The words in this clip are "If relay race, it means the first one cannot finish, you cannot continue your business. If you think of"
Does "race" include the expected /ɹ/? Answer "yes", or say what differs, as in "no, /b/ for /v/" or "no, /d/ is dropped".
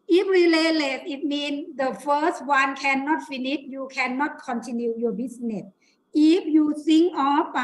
no, /l/ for /ɹ/